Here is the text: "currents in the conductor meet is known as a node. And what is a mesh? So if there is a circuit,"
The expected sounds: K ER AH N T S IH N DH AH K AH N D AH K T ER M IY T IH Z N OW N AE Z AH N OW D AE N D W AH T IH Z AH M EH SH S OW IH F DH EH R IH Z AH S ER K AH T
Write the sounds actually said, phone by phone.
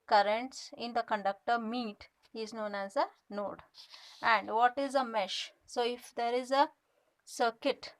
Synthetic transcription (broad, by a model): K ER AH N T S IH N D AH K AH N D AH K T ER M IY T IH Z N OW N AE Z AH N OW D AE N D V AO T IH Z AH M EH SH S OW IH F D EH R IH Z AH S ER K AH T